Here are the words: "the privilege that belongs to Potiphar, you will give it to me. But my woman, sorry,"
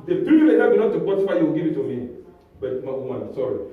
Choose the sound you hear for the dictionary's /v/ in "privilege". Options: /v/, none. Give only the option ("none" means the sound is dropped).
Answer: none